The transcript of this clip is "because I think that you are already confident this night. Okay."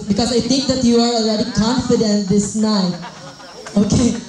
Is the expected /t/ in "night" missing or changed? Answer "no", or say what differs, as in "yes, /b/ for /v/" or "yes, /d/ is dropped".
yes, /t/ is dropped